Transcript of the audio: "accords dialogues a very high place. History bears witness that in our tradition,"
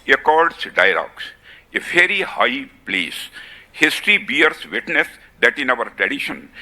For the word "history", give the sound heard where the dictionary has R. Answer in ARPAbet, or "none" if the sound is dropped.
R